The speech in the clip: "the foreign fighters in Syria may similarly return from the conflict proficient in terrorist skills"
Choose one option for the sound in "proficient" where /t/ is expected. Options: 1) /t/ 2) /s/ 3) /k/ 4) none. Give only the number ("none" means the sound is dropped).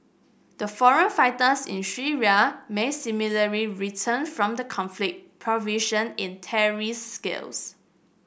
4